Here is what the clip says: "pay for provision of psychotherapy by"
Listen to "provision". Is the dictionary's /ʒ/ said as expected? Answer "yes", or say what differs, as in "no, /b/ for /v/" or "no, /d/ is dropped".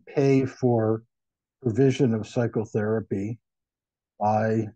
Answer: yes